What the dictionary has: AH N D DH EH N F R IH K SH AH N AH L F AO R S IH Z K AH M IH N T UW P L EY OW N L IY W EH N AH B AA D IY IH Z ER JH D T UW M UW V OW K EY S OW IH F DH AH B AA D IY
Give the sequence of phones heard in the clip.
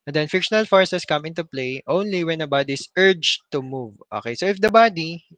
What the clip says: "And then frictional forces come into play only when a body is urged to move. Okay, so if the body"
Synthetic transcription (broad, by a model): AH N D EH N F IH K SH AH N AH L F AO R S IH S K AH M IH N T UW P L EY OW N L IY W EH N AH B AA D IY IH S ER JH T UW M UW V OW K EY S OW IH F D AH B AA D IY